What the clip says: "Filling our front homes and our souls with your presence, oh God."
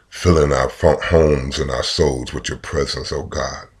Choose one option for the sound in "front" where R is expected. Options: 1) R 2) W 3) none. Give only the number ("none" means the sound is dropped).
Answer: 3